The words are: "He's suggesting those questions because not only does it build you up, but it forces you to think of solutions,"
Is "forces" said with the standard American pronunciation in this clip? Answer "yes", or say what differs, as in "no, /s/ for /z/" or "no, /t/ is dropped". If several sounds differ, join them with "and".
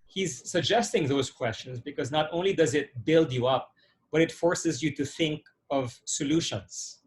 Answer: yes